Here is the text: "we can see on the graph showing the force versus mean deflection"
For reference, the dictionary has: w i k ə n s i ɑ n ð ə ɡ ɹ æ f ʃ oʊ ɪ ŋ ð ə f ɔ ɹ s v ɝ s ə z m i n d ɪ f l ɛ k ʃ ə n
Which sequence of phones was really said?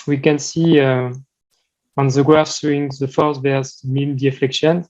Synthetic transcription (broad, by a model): w i k ə n s i ɑ n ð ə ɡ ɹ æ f s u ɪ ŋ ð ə f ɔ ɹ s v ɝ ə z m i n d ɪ f l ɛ k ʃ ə n